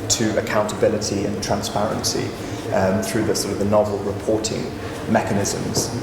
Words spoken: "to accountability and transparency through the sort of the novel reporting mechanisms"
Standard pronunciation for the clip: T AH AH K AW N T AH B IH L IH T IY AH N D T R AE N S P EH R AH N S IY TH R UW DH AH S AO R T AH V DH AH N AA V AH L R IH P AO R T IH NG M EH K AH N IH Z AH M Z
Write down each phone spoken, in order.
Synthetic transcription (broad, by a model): T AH AH K AW N T AH B IH L IH T IY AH N T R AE N S P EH R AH N S IY TH R UW DH AH S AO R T AH V DH AH N AA V AH L R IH P AO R T IH NG M EH K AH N IH Z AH M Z